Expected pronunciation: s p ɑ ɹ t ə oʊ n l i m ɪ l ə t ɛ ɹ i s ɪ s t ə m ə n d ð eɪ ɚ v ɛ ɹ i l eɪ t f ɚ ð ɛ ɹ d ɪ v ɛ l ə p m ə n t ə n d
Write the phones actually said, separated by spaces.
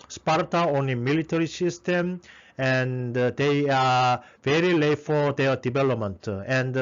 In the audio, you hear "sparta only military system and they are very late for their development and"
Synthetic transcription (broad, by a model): s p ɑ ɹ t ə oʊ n i m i l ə t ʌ ɹ i s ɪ s t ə m ə n d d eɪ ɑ v ɛ ɹ i l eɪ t f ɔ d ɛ d ɪ v ɛ l ə p m ə n t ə n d